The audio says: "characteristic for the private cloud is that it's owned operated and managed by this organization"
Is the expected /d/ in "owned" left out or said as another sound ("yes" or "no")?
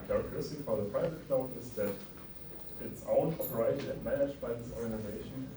yes